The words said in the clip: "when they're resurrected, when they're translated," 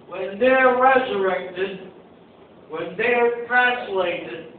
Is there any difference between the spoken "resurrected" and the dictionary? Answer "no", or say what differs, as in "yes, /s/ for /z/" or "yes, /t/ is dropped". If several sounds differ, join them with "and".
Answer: no